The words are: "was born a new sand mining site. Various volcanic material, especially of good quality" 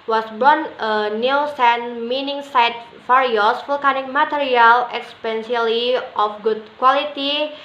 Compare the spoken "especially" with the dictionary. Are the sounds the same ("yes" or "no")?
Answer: no